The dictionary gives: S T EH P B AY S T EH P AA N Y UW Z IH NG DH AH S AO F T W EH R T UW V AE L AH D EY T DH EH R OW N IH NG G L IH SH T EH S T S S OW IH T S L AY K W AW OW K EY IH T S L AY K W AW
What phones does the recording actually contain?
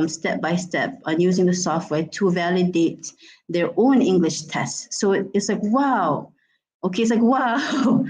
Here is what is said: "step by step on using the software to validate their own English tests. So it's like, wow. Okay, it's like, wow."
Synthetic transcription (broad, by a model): S T EH P B AY S T EH P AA N Y UW Z IH NG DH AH S AO F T W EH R T UW V AE L AH D EY T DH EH R OW N IH NG G L IH SH T EH S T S S OW IH T S L AY K W AW OW K EY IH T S L AY K W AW